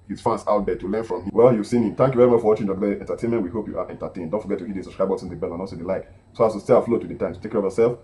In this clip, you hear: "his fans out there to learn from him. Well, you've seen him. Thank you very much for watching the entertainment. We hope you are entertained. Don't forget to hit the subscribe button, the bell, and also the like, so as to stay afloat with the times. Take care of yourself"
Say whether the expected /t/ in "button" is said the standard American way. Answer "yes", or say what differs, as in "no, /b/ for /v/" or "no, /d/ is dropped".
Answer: no, /s/ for /t/